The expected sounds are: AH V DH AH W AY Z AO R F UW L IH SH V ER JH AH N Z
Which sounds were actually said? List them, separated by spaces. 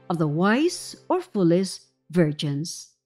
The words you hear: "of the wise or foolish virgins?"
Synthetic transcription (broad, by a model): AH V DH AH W AY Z AO R F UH L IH S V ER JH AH N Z